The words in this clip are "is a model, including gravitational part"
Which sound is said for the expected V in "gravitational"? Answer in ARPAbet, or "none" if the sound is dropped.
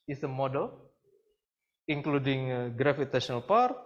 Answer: F